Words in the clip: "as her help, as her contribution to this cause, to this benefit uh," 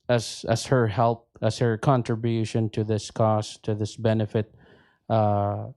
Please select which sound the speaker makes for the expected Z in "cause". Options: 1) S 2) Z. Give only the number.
1